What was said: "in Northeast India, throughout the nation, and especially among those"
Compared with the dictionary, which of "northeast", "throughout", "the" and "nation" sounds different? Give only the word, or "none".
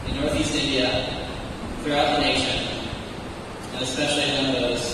none